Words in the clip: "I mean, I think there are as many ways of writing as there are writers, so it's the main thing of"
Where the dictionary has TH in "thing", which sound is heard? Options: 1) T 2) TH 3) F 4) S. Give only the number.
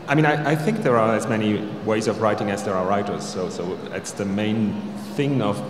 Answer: 2